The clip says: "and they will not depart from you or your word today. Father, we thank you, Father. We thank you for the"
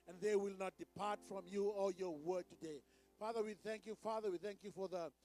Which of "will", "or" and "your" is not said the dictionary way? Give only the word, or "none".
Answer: or